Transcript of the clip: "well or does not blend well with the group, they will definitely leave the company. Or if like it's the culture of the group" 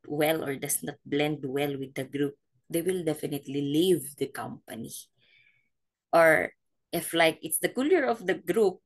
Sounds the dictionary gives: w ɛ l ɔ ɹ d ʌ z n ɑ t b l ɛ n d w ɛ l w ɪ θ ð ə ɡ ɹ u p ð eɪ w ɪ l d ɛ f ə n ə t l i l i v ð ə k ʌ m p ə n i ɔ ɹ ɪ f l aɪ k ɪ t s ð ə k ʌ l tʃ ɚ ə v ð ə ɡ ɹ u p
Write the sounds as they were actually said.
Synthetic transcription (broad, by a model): w ɛ l ɔ ɹ d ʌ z n ɑ t b l ɛ n d w ɛ l w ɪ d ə ɡ ɹ u p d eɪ w ɪ l d ɛ f ə n ə t l i l i v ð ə k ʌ m p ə n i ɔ ɹ ɪ f l aɪ k ɪ t s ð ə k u l ɚ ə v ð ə ɡ ɹ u p